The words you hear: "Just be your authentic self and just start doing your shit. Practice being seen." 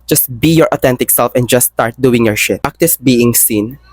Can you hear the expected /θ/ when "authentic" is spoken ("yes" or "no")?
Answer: no